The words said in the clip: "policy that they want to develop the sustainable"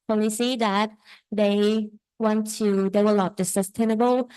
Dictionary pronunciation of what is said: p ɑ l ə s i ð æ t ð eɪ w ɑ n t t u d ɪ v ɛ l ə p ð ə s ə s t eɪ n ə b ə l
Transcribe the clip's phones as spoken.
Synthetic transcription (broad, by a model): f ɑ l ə s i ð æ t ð eɪ w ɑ n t t u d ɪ w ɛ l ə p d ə s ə s t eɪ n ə b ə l